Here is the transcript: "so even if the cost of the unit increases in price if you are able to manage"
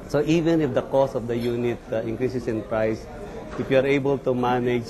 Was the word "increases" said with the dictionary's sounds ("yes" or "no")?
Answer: no